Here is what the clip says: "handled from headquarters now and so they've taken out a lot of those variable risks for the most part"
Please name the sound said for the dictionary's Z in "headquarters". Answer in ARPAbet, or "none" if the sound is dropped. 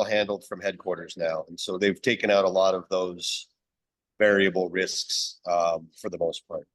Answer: Z